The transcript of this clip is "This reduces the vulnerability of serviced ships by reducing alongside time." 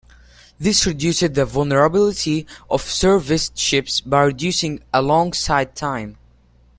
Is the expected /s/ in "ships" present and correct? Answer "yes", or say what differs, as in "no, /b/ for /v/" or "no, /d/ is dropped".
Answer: yes